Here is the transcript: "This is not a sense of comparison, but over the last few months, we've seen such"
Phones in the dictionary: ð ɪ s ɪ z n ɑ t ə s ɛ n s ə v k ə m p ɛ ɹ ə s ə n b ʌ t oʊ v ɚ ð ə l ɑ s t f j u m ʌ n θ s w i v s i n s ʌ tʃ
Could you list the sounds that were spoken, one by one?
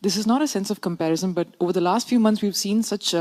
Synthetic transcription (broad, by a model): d ɪ s ɪ z n ɑ t ə s ɛ n s ə v k ə m p ɛ ɹ ə s ə n b ʌ t oʊ v ɚ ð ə l ɑ s t f j u m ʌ n t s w i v s i n s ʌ tʃ